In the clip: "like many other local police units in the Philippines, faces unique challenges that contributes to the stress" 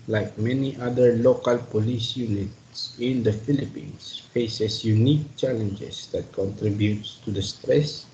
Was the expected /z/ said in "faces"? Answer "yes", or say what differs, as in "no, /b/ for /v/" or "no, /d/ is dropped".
no, /s/ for /z/